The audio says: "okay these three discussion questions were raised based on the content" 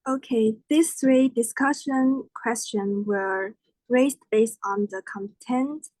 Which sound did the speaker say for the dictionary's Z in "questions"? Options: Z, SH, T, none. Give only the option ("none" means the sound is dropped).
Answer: none